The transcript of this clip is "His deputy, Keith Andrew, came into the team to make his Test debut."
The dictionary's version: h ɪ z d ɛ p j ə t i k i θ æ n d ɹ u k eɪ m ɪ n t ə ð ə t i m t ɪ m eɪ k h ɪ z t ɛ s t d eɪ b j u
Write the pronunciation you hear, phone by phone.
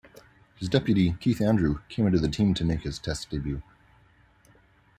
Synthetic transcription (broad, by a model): h ɪ z d ɛ p j ə t i k i θ æ n d ɹ u k eɪ m ɪ n t ə ð ə t i m t ɪ m eɪ k h ɪ z t ɛ s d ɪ b j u